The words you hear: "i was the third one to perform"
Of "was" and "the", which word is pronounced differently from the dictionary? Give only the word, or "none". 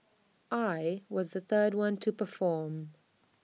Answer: none